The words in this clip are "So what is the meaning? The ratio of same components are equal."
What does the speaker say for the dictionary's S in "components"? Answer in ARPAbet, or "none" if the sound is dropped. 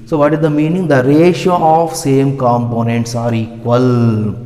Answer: S